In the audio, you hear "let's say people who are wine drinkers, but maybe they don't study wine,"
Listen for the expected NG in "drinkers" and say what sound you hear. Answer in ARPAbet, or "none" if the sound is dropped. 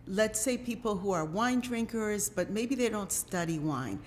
NG